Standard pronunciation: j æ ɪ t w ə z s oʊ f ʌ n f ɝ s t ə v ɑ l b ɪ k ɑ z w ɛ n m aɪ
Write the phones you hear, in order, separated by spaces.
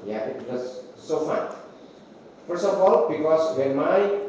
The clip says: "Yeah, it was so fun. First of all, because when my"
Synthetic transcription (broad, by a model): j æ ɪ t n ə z s oʊ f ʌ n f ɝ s ə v ɑ l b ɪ k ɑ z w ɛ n m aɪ